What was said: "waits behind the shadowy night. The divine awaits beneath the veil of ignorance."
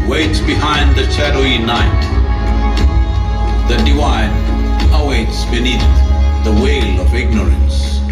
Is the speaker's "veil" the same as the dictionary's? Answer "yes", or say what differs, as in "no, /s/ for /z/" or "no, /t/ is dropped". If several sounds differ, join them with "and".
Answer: no, /w/ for /v/